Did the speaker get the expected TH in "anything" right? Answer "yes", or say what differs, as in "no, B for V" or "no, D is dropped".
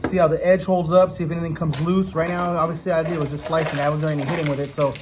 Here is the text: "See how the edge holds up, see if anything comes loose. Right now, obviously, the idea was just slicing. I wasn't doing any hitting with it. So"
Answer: yes